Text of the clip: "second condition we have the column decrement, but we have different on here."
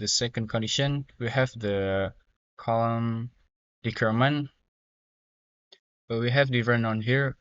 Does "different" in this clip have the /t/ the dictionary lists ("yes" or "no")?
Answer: no